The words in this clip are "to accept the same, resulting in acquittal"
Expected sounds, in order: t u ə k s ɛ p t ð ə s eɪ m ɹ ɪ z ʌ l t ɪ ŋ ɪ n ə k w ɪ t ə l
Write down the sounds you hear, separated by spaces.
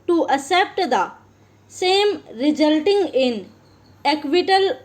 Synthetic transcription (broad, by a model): t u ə s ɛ p t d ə s eɪ m ɹ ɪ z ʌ l t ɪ ŋ ɪ n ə k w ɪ t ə l